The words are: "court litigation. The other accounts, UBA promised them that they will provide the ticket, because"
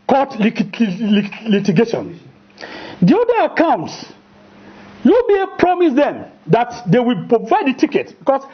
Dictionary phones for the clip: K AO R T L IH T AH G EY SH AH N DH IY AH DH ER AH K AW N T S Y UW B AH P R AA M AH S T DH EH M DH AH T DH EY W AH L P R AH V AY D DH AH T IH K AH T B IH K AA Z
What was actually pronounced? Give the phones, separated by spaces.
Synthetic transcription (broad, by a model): K AO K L L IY T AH G EY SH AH N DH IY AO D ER AH K AW N T S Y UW B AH P R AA M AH S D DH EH M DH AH T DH EY W AH L P R AH V AY D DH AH T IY K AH T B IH K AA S